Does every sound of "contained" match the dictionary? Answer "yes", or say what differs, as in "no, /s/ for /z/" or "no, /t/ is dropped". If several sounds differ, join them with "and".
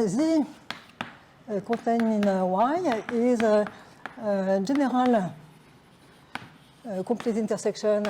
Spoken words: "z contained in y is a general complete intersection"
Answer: no, /n/ is dropped and /d/ is dropped